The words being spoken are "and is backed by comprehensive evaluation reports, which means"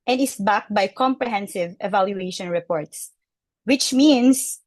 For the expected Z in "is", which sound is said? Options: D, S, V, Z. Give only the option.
S